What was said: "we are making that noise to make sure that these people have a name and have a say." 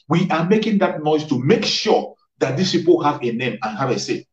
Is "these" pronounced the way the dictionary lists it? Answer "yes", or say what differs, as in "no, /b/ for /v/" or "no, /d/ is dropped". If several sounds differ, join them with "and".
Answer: no, /s/ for /z/